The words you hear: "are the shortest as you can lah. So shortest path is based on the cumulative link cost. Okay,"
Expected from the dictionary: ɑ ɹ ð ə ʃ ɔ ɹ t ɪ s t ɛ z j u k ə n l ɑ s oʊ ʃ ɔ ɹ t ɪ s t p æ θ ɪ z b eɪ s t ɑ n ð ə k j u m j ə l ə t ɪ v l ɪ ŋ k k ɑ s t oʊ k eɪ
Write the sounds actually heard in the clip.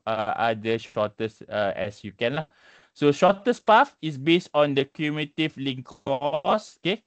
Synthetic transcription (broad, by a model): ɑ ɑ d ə ʃ ɔ t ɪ s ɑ ɛ s j u k ə n l ɑ s oʊ ʃ ɔ t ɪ s p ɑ f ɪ s b eɪ s t ɑ n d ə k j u m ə t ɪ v l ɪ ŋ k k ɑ s oʊ k eɪ